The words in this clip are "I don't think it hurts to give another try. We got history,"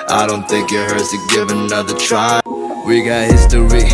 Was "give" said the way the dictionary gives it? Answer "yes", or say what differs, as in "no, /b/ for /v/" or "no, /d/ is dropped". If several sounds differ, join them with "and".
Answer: yes